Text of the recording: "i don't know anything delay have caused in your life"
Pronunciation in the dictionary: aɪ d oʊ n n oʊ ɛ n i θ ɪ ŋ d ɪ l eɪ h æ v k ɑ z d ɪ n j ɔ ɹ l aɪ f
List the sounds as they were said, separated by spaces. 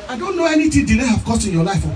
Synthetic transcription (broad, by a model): aɪ d oʊ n n oʊ ɛ n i t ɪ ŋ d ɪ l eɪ h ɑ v k ɑ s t ɪ n j ɔ l aɪ f